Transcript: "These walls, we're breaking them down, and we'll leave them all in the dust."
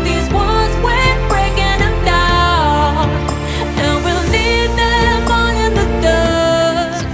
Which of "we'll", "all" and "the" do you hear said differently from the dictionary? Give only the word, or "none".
all